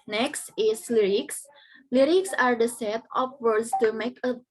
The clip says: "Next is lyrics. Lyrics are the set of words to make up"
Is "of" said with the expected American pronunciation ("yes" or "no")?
no